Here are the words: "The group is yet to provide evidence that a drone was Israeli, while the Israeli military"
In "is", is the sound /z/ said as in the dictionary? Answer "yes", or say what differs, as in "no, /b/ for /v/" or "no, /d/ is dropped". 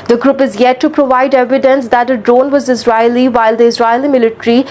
yes